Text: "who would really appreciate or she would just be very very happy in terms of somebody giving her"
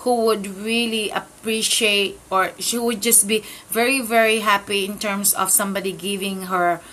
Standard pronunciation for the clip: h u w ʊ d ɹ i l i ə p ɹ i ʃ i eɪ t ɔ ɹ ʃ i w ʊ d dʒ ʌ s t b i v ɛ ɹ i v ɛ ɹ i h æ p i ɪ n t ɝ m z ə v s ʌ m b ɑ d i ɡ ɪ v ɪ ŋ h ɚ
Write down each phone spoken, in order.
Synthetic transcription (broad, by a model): h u w ʊ d ɹ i l i ə p ɹ i ʃ i eɪ t ɔ ɹ ʃ i w ʊ d dʒ ʌ s t b i v ɛ ɹ i v ɛ ɹ i h æ p i ɪ n t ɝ m s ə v s ʌ m b ɑ d i ɡ ɪ v ɪ ŋ h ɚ